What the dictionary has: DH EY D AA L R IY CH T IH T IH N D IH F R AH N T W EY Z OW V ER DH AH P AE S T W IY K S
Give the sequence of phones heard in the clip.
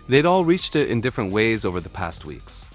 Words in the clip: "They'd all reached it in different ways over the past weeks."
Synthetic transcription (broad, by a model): DH EY D AA L R IY CH T IH T IH N D IH F R AH N T W EY Z OW V ER DH AH P AE S T W IY K S